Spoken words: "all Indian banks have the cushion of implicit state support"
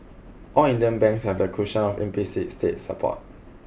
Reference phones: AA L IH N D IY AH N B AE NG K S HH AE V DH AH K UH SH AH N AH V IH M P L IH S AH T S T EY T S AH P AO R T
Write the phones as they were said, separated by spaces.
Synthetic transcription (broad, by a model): AA L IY N D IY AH N B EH NG K S HH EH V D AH K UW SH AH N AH F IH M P IY S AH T S T EY T S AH P AO T